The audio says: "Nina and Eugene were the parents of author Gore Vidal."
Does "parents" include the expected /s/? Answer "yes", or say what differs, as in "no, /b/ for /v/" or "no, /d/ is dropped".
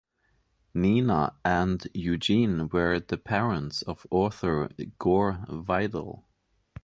yes